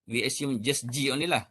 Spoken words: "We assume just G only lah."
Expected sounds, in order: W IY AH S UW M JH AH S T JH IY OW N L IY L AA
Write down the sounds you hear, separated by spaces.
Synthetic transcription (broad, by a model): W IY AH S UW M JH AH S JH IY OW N IY L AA